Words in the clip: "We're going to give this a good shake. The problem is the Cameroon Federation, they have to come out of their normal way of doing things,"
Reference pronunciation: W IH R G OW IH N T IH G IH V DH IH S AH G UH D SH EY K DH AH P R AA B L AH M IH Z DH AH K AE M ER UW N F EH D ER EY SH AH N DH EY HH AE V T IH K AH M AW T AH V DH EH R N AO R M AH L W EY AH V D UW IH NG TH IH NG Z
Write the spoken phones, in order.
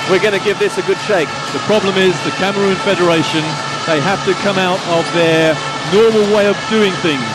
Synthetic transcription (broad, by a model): W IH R G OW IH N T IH G IH V DH IH S AH G UH D SH EY K DH AH P R AA B L AH M IH Z DH AH K AE M ER UW N F EH D ER EY SH AH N DH EY HH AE F T IH K AH M AW T AH V DH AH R N AO R M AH L W EY AH V D UW IH NG TH IH NG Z